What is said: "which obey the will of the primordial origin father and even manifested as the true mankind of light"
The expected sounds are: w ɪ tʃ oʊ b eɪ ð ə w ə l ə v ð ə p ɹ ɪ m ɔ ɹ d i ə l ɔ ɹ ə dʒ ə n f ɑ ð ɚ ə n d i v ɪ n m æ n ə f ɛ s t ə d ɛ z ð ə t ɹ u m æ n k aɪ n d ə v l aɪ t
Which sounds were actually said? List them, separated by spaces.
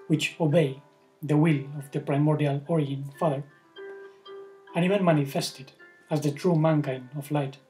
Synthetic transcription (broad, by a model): w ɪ tʃ oʊ b eɪ ð ə w ə l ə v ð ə p ɹ ɪ m ɔ ɹ d i ə l ɔ ɹ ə ə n f ɑ ð ɚ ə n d i v ɪ n m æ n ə f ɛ s t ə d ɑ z ð ə t ɹ u m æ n k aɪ n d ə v l aɪ t